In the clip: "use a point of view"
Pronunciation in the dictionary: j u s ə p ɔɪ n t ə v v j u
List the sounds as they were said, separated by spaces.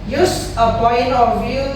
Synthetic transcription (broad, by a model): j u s ə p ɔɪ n ə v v j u